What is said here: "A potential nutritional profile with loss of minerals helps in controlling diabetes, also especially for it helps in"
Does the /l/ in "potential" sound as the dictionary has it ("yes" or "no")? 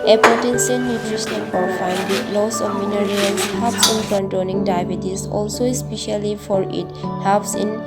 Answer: no